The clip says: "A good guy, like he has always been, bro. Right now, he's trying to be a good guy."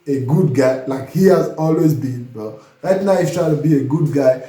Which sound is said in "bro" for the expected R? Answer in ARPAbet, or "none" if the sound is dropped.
none